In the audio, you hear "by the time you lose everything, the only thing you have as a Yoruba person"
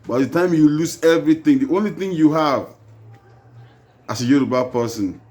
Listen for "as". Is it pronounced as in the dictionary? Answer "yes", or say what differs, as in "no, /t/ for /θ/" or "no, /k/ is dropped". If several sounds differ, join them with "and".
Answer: no, /s/ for /z/